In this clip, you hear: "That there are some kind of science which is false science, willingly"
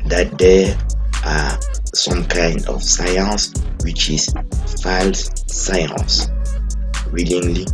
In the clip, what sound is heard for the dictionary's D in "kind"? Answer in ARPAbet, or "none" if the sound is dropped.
D